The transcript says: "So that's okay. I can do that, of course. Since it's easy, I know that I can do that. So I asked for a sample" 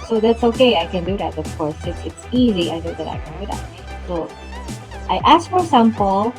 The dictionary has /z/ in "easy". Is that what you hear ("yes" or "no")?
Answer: yes